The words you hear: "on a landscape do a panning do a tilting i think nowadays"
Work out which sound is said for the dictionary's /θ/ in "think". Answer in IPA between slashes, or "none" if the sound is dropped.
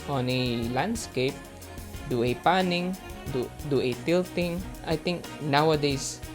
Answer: /t/